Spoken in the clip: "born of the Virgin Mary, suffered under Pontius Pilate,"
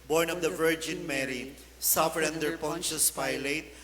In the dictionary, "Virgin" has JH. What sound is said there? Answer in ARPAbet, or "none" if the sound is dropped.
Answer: JH